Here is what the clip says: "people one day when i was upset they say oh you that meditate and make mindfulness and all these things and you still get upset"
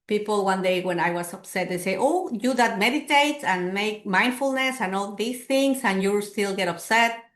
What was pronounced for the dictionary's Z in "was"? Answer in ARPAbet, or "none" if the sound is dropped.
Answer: S